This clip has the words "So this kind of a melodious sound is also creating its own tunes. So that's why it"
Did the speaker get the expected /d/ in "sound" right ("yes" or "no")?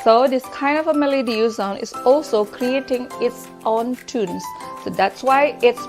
no